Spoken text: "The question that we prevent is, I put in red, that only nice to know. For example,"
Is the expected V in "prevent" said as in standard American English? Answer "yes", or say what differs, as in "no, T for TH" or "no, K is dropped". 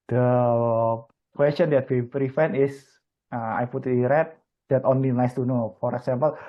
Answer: no, F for V